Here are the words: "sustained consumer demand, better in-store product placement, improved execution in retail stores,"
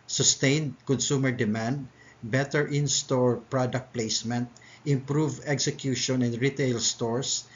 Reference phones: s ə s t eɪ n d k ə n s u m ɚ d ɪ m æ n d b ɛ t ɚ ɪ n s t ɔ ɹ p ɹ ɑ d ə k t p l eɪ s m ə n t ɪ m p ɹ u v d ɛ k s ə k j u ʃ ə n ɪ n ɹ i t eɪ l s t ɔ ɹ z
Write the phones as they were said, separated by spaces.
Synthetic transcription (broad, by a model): s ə s t eɪ n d k ə n s u m ɚ d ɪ m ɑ n d b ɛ t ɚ ɪ n s t ɔ ɹ p ɹ ɑ d ə k t p l eɪ s m ə n t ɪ m p ɹ u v ɛ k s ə k j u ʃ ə n ɪ n ɹ i t eɪ l s t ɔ ɹ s